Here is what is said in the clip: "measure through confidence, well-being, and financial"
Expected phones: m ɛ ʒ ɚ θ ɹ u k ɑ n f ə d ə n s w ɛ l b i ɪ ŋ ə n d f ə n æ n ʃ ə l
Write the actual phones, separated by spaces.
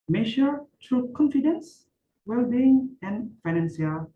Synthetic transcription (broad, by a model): m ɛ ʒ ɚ t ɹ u k ɑ n f ə d ə n s w ɛ l b i ɪ ŋ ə n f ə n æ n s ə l